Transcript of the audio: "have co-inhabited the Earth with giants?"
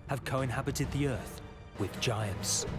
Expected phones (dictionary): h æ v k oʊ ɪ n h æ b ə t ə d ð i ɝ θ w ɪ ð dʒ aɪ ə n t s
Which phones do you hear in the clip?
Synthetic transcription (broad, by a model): h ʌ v k oʊ ɪ n h æ b ə t ə d ð i ɝ θ w ɪ ð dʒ aɪ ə n t s